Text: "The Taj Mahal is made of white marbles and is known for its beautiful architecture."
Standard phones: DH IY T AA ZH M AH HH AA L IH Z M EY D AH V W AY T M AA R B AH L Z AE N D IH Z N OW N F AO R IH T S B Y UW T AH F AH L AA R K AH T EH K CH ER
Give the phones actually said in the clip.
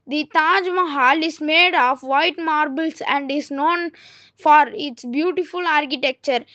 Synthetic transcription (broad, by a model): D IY T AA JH M AH HH AA L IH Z M EY D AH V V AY T M AA R B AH L S AE N D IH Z N OW N F AO R IH T S B Y UW T AH F AH L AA R K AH T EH K CH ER